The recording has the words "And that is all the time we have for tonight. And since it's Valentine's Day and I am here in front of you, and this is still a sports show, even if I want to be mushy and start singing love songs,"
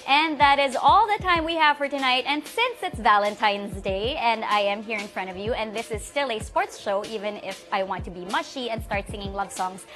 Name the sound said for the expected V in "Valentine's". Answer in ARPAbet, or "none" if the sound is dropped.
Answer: V